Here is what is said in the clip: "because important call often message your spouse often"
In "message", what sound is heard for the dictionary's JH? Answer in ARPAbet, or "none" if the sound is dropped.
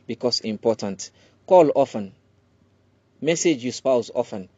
JH